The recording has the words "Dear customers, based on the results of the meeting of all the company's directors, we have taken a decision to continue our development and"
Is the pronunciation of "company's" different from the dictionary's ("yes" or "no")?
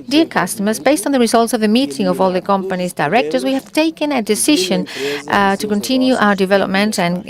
no